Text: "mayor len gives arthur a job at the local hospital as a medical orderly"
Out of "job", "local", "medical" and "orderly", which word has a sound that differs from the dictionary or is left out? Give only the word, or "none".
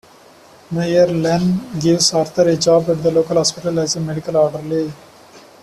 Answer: none